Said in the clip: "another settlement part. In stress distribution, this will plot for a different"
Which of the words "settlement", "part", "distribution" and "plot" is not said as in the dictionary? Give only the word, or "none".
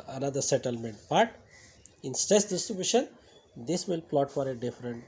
part